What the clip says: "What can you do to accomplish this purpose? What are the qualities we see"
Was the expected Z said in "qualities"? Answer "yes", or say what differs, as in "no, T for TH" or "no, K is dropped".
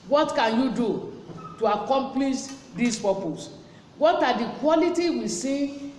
no, Z is dropped